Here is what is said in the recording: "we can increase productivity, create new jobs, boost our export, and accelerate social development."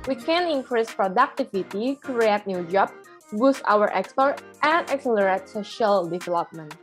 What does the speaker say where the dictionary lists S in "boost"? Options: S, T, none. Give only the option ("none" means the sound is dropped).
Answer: S